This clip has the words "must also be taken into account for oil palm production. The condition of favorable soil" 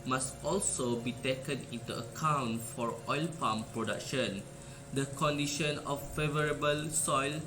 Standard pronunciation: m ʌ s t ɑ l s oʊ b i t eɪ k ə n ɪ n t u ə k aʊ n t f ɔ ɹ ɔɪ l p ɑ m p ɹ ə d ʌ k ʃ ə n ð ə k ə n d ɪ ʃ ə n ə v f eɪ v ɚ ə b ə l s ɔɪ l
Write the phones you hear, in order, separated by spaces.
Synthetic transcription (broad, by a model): m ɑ s t ɑ l s oʊ b i t eɪ k ə n ɪ n t u ə k aʊ n t f ɔ ɹ ɔɪ l p ɑ m p ɹ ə d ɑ k ʃ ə n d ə k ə n d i ʃ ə n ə f eɪ v ɚ ə b ə l s ɔɪ l